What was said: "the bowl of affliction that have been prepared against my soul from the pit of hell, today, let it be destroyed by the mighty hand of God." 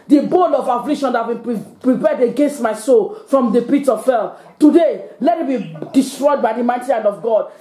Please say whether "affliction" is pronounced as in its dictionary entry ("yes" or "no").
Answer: no